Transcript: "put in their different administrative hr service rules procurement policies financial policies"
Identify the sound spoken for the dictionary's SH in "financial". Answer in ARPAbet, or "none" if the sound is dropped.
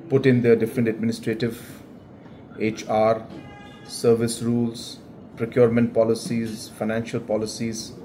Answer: SH